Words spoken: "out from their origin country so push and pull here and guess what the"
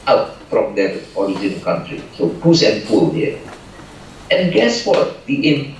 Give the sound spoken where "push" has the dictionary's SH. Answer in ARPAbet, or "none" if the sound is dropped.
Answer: S